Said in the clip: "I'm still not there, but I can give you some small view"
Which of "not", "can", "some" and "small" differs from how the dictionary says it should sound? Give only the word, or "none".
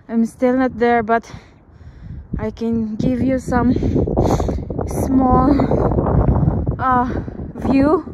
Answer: none